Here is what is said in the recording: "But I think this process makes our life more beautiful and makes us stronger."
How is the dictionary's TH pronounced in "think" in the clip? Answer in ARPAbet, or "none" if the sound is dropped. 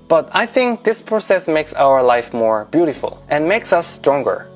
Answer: TH